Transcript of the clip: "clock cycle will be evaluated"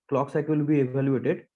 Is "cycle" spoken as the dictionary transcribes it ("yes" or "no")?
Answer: no